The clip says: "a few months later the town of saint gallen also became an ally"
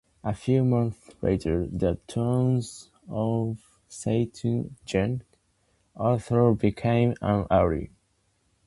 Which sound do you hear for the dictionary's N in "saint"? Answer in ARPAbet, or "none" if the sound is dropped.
none